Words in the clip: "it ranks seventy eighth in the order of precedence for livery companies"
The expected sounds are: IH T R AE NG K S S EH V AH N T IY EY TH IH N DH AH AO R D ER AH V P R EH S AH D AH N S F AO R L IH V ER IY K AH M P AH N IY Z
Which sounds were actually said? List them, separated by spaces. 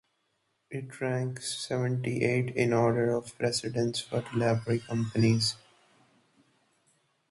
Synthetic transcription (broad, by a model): IH T R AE NG K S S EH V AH N T IY EY T IH N AO R D ER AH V P R EH S AH D AH N S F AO R L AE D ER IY K AH M P AH N IY Z